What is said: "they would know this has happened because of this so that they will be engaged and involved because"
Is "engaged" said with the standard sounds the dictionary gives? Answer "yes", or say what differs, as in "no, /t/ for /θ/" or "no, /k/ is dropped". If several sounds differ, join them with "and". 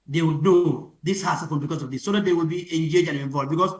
no, /d/ is dropped